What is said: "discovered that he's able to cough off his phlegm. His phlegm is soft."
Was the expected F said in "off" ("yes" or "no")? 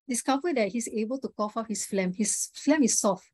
no